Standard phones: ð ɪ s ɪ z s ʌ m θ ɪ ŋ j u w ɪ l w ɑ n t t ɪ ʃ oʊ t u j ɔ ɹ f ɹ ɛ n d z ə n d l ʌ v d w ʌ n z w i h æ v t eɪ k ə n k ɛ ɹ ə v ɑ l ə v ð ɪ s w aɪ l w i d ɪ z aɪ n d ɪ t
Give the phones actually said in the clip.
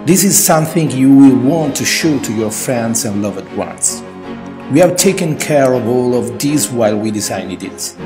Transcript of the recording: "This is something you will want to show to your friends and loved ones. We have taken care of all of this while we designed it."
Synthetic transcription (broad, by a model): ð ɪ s ɪ z s ʌ m θ ɪ ŋ j u w ɪ l w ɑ n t t ɪ ʃ oʊ t u j ɔ ɹ f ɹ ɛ n d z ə n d l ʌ v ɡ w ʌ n s w i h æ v t eɪ k ə n k ɛ ɹ ə v ɑ l ə v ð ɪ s w aɪ l w i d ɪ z aɪ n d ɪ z